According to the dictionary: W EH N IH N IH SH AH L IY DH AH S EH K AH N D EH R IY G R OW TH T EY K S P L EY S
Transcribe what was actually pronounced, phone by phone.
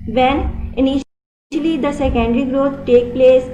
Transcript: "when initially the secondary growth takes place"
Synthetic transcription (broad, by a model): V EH N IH N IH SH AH L IY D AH S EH K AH N D R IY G R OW T T EY K P L EY S